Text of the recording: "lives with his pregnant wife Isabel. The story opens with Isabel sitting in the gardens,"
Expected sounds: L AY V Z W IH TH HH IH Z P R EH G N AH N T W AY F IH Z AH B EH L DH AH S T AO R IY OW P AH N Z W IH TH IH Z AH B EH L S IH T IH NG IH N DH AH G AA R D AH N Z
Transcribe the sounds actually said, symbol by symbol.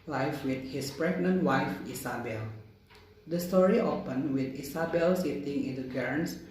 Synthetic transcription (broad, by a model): L AY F W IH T HH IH S P R EH G N AH N T W AY F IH S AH B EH L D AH S T AO R IY OW P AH N W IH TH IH S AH B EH L S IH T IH NG IH N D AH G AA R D N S